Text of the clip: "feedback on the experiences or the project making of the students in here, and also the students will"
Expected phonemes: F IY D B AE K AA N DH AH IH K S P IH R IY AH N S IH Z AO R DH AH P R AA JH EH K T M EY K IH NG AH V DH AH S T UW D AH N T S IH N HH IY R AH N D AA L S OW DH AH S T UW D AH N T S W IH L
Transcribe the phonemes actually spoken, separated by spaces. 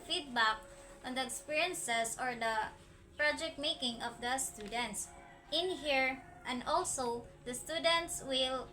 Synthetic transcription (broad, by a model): F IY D B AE K AA N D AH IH K S P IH R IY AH N S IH S AO R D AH P R AA JH EH K T M EY K IH NG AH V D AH S T UW D AH N T S IH N HH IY R AH N D AA L S OW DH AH S T UW D AH N T S W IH L